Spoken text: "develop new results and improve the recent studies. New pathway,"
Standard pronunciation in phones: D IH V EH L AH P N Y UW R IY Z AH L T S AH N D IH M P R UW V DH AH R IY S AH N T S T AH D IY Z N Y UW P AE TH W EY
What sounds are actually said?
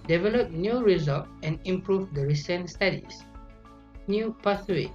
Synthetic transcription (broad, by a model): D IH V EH L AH P N Y UW R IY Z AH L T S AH N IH M P R UW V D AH R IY S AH N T S T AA D IY S N Y UW P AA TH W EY